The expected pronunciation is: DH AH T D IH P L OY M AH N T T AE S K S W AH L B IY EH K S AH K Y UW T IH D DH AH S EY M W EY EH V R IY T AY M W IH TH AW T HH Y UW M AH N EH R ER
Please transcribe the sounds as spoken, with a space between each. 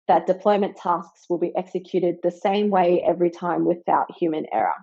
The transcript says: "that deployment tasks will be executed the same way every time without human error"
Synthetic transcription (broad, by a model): DH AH T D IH P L OY M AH N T T AE S K S W AH L B IY EH K S AH K Y UW T IH D DH AH S EY M W EY EH V R IY T AY M W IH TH AW T HH Y UW M AH N EH R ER